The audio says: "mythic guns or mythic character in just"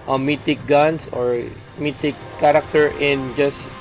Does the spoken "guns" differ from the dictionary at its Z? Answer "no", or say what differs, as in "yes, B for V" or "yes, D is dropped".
yes, S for Z